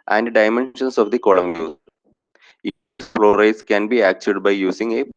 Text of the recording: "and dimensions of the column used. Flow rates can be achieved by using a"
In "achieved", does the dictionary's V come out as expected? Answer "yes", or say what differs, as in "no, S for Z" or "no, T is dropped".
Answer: no, V is dropped